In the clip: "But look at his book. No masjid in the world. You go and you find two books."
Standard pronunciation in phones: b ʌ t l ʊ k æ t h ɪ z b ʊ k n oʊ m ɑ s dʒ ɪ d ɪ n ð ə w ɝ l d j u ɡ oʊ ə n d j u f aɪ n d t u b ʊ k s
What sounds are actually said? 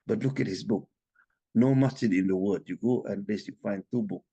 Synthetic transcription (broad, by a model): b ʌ t l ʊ k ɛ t h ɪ s b ʊ k n oʊ m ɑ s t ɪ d ɪ n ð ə w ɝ d j u ɡ oʊ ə n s j u f aɪ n t u b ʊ k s